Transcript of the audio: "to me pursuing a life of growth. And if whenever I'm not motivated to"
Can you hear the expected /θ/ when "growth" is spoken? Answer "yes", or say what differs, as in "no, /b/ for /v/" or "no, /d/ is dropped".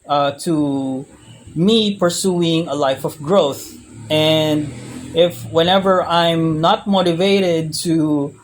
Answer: yes